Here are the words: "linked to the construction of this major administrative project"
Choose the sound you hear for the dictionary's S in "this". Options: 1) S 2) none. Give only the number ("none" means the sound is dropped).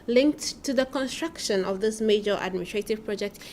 1